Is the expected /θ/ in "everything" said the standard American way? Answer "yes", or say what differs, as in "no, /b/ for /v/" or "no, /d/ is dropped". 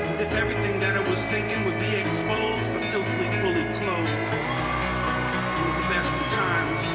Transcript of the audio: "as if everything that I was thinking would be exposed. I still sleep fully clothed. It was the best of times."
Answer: yes